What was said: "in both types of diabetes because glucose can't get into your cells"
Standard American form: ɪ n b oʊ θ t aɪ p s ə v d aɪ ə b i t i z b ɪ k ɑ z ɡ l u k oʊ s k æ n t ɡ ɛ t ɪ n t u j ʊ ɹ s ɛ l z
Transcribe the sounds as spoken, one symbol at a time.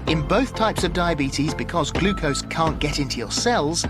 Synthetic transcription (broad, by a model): ɪ n b oʊ θ t aɪ p s ə v d aɪ ə b i t i z b ɪ k ɑ z ɡ l u k oʊ s k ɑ n ɡ ɛ t ɪ n t u j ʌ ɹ s ɛ l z